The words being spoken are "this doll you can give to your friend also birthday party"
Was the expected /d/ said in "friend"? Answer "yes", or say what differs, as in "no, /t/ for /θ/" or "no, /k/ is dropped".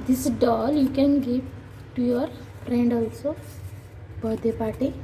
yes